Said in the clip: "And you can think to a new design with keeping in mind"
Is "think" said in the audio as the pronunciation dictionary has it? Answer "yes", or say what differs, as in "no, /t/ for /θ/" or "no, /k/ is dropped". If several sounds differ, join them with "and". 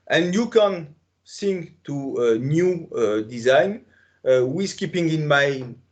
no, /s/ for /θ/